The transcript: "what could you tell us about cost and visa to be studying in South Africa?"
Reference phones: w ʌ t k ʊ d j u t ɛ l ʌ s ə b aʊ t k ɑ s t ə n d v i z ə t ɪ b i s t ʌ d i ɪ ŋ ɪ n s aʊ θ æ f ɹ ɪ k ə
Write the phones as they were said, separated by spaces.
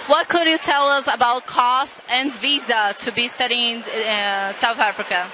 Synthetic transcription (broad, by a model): w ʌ t k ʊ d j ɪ t ɛ l ʌ s ə b aʊ t k ɑ s t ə n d v i z ə t ɪ b i s t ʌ d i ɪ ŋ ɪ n s aʊ θ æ f ɹ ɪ k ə